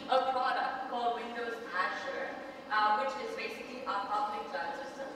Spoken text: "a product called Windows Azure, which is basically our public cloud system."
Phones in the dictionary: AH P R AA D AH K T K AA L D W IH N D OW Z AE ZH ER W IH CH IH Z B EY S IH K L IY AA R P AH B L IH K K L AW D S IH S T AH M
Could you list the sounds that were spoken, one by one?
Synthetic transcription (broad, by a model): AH P R AA D AH K T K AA L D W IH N D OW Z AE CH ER W IH CH IH Z B EY S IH K L IY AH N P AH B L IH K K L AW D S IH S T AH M